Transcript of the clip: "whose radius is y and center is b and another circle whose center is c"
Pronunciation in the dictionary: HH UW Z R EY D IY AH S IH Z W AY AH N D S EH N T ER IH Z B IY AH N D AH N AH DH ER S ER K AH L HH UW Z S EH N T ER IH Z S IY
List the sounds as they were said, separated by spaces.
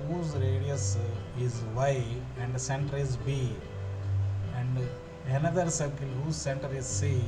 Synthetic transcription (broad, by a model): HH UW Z R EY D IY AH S IH Z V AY AH N D S EH N T ER IH Z B IY AH N D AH N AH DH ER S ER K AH N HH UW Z S EH N T ER IH Z S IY